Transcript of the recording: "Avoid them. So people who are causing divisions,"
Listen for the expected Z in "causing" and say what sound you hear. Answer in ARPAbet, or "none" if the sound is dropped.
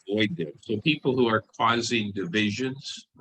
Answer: Z